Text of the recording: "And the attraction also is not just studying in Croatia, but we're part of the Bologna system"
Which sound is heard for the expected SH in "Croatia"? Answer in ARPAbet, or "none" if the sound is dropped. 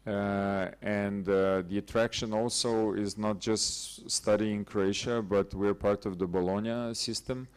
SH